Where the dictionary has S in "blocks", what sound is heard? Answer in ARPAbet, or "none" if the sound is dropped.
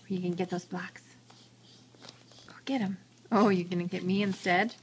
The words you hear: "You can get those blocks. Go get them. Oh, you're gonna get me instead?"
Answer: S